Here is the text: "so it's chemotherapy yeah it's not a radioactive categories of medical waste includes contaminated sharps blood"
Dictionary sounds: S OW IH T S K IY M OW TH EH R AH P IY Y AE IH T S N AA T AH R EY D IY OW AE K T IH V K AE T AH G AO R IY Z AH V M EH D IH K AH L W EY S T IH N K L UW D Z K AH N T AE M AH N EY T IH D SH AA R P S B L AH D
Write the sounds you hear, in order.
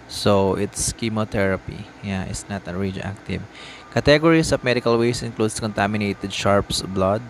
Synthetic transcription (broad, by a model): S OW IH T S K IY M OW T EH R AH P IY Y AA IH T S N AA T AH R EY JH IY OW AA K T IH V K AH T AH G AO R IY S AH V M EH D IH K AH L W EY S IH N K L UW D S K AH N T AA M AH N EY T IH D SH AA R P S B L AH D